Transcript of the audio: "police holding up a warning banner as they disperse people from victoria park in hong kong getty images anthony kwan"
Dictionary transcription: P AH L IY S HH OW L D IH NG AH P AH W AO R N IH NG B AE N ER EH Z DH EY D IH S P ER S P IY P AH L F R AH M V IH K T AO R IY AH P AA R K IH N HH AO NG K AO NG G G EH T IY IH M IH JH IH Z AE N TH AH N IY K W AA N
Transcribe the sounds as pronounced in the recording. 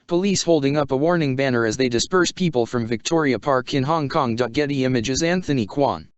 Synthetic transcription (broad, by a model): P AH L IY S HH OW L D IH NG AH P AH W AO R N IH NG B AE N ER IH Z DH EY D IH S P ER S P IY P AH L F R AH M V IH K T AO R IY AH P AA R K IH N HH AO NG K AO NG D G EH T IY IH M IH JH IH Z AE N TH AH N IY K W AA N